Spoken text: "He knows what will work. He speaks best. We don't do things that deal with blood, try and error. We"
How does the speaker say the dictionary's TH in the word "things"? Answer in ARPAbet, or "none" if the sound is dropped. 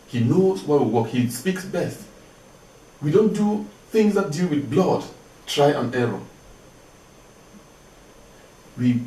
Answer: TH